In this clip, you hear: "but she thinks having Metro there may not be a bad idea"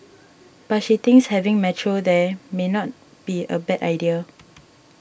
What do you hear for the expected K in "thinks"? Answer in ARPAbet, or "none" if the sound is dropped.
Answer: none